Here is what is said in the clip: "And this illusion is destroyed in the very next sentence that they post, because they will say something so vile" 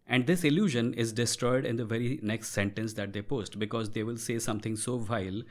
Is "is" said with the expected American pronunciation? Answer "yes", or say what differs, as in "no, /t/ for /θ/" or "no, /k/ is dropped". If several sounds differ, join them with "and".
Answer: yes